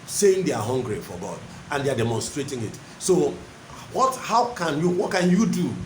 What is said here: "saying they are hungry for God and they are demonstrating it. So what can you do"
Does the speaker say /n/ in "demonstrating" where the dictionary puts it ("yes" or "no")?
yes